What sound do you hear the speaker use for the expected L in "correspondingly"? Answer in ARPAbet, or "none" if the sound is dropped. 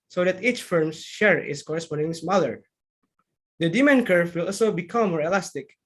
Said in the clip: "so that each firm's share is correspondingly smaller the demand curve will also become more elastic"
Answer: none